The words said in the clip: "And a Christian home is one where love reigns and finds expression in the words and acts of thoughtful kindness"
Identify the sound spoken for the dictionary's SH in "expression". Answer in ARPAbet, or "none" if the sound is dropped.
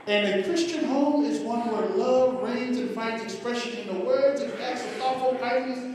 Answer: SH